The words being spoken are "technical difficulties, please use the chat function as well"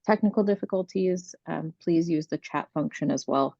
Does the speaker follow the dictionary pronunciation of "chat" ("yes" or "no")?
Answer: yes